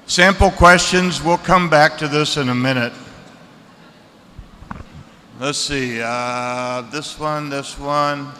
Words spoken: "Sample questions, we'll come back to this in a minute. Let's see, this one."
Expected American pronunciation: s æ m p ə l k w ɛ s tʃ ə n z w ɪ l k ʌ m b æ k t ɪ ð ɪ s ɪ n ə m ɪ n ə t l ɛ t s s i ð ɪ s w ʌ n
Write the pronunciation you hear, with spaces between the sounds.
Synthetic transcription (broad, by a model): s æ m p l k w ɛ s tʃ ə n z w ɪ l k ʌ m b æ k t ɪ ð ɪ s ɪ n ə m ɪ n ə t l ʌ t s s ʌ ð ɪ s w ʌ n